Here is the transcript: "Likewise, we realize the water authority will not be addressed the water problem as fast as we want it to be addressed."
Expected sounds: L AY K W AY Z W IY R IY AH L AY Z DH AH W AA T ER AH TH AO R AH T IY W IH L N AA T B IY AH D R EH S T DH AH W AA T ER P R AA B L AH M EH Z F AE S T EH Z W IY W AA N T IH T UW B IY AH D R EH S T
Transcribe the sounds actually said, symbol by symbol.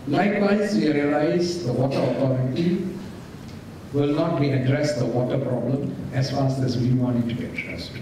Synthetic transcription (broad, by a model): L AY K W AY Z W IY R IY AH L AY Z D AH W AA T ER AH T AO R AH T IY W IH L N AA T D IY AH D R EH S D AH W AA T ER P R AA B L AH M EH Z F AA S EH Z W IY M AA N IH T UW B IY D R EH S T